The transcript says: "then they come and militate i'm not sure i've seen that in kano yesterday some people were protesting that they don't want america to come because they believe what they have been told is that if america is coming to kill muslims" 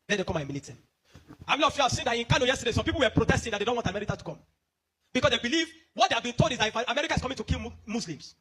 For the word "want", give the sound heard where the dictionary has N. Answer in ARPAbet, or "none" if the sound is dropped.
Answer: none